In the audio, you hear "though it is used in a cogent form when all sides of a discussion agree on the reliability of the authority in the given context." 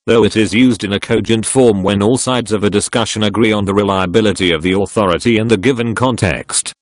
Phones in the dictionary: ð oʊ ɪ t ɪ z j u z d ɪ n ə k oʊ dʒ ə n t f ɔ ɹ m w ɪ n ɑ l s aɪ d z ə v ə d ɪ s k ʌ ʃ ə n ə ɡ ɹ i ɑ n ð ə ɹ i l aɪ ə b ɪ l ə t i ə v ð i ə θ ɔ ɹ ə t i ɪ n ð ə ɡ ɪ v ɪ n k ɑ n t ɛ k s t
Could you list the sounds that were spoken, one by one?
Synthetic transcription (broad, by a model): ð oʊ ɪ t ɪ z j u z d ɪ n ə k oʊ dʒ ə n t f ɔ ɹ m w ɪ n ɑ l s aɪ d z ə v ə d ɪ s k ʌ ʃ ə n ə ɡ ɹ i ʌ n ð ə ɹ i l aɪ ə b ɪ l ə t i ə v ð i ə θ ɔ ɹ ə t i ɪ n ð ə ɡ ɪ v ɪ n k ɑ n t ɛ k s t